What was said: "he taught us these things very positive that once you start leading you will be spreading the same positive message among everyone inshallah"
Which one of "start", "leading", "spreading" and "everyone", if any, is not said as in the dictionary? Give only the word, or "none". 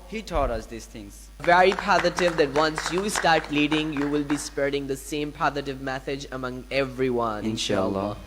none